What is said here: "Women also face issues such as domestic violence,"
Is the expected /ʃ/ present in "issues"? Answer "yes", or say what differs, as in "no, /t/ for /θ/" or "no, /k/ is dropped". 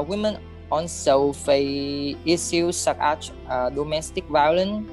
no, /s/ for /ʃ/